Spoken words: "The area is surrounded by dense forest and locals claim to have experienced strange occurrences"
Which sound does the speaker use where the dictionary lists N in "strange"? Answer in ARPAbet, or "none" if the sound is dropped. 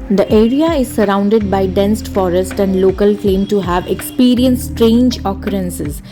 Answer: N